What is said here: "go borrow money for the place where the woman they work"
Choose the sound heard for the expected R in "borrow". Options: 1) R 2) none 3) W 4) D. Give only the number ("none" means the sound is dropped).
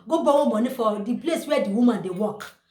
3